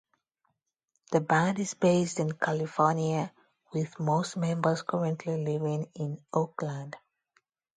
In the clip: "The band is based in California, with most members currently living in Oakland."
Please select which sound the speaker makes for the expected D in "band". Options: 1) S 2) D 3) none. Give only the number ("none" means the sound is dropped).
2